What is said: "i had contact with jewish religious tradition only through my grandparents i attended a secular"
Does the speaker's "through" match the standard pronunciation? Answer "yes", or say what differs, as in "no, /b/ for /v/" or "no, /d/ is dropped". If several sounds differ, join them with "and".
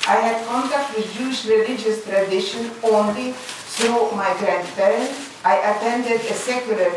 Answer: no, /s/ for /θ/